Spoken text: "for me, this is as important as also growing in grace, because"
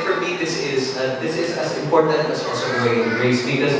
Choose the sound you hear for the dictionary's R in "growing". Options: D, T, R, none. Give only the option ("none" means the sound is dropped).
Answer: none